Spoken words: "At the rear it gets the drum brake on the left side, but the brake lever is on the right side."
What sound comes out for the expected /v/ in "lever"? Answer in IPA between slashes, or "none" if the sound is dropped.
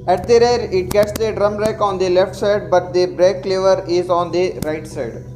/v/